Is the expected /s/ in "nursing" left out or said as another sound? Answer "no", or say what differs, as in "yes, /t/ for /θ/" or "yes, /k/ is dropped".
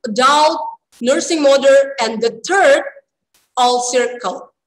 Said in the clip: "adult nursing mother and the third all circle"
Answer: no